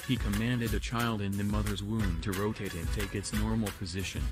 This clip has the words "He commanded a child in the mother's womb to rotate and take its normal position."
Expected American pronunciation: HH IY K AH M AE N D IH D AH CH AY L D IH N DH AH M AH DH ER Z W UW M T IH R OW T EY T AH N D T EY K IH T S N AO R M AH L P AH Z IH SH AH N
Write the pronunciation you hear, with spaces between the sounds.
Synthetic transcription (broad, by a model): HH IY K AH M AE N D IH D AH CH AY L D IH N DH AH M AH DH ER Z W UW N T IH R OW T EY T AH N T EY K IH T S N AO R M L P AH Z IH SH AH N